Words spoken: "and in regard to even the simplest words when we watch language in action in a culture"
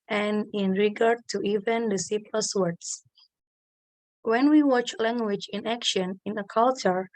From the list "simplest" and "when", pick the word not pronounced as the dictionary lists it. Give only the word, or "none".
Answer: simplest